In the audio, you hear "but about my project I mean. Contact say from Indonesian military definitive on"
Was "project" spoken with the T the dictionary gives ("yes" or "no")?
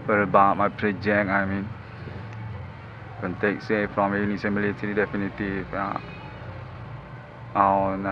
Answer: no